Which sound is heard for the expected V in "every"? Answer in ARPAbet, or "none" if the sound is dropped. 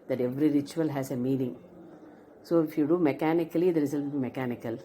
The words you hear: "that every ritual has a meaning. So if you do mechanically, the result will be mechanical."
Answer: V